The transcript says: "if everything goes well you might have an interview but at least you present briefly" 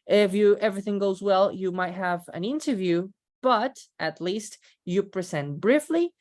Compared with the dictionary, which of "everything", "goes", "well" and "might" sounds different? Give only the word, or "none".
none